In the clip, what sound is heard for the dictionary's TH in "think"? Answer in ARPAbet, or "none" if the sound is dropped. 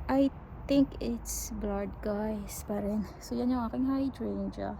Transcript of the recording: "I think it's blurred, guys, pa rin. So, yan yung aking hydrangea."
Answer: T